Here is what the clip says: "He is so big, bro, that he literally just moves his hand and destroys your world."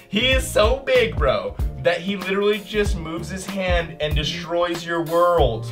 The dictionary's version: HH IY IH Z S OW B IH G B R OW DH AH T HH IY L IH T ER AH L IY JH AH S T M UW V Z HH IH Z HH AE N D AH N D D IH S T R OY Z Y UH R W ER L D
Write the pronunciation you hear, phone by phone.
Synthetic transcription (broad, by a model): HH IY IH Z S OW B IH G B R OW DH AH T HH IY L IH T ER L IY JH AH S T M UW V Z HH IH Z HH AE N D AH N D D IH S T R OY Z Y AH R W ER L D